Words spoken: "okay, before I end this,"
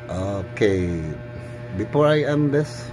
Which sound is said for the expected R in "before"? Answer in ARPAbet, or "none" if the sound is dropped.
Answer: R